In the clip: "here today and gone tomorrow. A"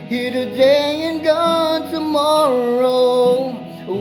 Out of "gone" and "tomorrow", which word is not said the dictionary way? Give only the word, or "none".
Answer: none